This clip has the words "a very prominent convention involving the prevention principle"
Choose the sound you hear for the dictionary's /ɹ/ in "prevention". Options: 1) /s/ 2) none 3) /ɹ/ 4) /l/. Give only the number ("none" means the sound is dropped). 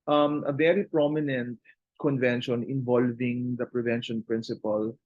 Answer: 3